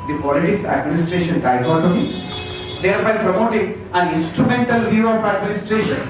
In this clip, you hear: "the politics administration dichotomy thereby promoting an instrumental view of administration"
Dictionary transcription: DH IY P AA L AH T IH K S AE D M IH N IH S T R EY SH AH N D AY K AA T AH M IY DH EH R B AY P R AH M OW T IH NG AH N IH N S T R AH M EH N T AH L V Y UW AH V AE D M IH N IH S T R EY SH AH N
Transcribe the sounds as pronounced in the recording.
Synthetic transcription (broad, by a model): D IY P AA L AH T IH K S AE D M IH N IH S T R EY SH AH N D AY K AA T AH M IY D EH R B AY P R AH M OW T IH NG AH N IH N S T R AH M EH N T AH L V Y UW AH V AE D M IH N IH S T R EY SH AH N